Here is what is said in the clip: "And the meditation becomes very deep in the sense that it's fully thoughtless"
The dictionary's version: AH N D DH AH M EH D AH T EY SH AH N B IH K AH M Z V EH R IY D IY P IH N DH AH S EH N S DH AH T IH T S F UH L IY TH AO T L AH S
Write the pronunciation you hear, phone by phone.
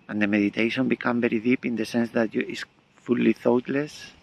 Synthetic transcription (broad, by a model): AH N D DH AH M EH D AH T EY SH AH N B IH K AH M V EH R IY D IY P IH N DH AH S EH N S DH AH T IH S F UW L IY TH AO T L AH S